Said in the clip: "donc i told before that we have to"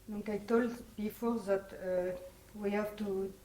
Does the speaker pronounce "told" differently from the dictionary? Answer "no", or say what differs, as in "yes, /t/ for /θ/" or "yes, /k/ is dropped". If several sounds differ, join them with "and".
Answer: no